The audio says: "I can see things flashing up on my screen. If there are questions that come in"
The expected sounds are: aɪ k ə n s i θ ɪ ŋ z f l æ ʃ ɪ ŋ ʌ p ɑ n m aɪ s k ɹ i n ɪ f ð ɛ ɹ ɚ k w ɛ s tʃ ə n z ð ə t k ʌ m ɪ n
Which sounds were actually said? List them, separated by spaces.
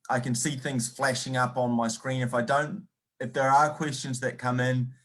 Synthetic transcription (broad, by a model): aɪ k ə n s i θ ɪ ŋ z f l æ ʃ ɪ ŋ ʌ p n m aɪ s k ɹ i n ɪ f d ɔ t ɚ k w ɛ s tʃ ə n z ð ə t k ʌ m ɪ n